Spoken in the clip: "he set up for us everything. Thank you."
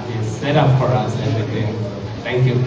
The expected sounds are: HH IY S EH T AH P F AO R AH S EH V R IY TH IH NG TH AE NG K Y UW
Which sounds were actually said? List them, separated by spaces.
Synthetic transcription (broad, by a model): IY S EH T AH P F AO R AH S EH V R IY T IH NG T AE NG K Y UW